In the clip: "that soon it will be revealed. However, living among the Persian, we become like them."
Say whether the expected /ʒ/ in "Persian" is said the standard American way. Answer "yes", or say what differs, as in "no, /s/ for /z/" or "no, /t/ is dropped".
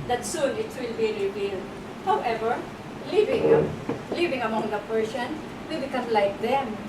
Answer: no, /s/ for /ʒ/